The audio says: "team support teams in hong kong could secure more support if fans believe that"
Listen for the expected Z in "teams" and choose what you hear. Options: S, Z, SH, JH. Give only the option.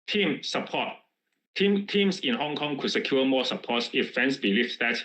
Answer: S